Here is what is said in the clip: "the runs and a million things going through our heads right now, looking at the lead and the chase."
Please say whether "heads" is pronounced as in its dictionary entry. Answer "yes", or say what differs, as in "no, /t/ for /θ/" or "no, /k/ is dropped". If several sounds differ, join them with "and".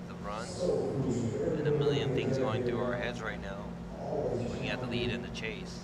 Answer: yes